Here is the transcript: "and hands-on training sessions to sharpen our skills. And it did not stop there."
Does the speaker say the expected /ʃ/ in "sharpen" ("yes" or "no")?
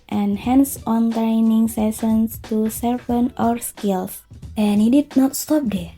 no